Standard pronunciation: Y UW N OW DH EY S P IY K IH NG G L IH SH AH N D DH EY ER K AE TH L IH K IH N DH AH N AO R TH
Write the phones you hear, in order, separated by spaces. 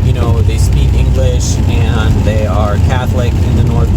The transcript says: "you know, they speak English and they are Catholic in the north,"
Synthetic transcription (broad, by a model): Y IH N OW DH EY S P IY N IH NG G L IH SH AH N DH EY ER K AE TH L IH K IH N DH AH N AO R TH